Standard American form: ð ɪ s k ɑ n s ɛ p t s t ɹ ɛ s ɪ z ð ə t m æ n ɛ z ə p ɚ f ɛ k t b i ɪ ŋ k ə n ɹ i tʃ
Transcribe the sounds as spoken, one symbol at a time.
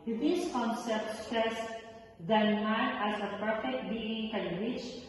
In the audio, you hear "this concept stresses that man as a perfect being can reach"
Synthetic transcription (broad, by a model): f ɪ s k ɑ n s ɛ p t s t ɛ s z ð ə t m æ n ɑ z ə p ɚ f ɛ k t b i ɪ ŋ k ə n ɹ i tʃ